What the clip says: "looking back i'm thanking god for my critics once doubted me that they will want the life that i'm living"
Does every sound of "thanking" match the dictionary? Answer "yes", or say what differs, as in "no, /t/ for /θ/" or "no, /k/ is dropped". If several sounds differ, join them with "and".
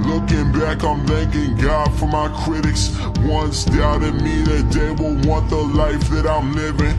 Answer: yes